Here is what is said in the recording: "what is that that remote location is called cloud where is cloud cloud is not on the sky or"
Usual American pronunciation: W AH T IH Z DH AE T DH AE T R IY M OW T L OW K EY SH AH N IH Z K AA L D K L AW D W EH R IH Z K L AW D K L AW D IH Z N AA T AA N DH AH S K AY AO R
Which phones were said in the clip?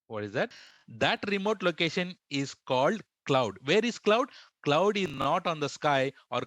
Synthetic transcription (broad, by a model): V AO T IH Z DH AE T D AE T R IY M OW T L OW K EY SH AH N IH Z K AA L D K L AW D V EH R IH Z K L AW D K L AW D IH Z N AA T AA N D AH S K AY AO R